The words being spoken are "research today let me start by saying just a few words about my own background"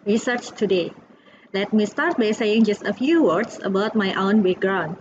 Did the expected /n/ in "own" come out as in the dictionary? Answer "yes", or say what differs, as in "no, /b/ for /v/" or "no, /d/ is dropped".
yes